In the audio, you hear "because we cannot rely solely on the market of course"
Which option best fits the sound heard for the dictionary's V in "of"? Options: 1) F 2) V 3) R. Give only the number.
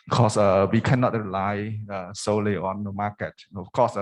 1